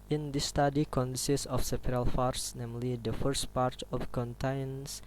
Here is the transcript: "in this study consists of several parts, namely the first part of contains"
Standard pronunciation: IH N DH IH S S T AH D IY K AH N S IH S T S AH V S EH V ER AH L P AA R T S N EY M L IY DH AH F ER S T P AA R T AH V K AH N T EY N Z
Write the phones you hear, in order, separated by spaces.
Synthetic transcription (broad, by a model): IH N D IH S S T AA D IY K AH N S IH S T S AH F S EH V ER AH L F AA R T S N EY M L IY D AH F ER S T P AA R T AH F K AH N T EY N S